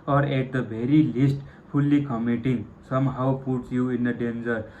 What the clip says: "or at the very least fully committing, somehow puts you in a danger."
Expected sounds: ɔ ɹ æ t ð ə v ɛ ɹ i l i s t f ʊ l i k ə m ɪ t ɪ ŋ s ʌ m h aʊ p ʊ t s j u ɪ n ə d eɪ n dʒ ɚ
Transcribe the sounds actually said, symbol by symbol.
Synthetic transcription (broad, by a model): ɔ ɹ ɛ t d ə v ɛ ɹ i l i s t p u l i k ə m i t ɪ ŋ s ʌ m h aʊ p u t s j u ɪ n ə d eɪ n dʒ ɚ